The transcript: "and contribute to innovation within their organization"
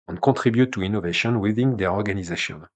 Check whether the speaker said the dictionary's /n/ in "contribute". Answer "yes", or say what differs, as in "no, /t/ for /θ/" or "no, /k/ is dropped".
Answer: no, /n/ is dropped